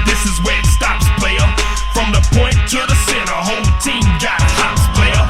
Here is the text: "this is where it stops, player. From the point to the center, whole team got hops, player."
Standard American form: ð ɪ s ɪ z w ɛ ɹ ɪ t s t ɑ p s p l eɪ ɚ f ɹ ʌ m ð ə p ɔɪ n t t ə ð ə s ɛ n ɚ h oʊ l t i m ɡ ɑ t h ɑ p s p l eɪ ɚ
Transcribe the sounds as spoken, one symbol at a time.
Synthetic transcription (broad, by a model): ð ɪ s ɪ z w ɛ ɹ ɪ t s t ɑ p s p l eɪ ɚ f ɹ ʌ m ð ə p ɔɪ n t t ə ð ə s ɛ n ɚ h oʊ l t i m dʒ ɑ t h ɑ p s p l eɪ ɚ